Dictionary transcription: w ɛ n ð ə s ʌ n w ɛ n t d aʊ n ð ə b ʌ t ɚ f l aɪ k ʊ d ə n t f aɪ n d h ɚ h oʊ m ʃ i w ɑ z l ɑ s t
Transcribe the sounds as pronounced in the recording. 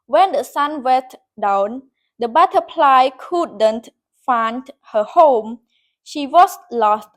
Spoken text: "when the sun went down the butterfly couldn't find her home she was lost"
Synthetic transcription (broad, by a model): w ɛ n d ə s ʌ n w ɛ n t d aʊ n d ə b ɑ t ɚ p l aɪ k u d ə n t f aɪ n d h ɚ h oʊ m ʃ i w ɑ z l ɑ s t